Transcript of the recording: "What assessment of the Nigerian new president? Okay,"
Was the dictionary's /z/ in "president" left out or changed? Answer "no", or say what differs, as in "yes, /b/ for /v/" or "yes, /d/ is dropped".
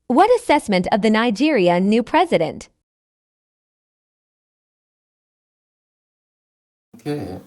no